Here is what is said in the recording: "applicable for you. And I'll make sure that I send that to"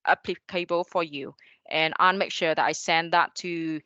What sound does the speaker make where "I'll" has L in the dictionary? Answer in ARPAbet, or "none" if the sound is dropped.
N